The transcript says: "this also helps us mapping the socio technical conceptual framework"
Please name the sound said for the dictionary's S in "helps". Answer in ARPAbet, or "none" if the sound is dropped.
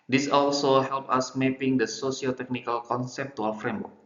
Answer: none